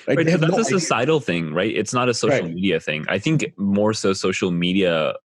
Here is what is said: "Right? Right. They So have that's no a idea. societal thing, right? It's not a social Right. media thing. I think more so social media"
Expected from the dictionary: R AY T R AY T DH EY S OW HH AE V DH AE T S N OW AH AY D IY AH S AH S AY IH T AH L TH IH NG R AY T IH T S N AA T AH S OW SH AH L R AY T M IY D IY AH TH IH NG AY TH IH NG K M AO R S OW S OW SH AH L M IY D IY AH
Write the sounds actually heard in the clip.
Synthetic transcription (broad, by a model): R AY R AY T S OW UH DH AE T S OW AH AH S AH S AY IH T L TH IH NG R AY T IH T S N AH T AH S OW SH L M IY D IY AH TH IH NG AY TH IH NG K M AO R S OW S OW SH L M IY D IY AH